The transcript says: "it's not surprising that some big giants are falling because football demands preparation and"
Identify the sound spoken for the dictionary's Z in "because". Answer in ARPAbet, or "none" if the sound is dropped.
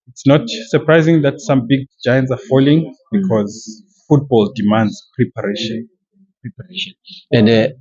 Z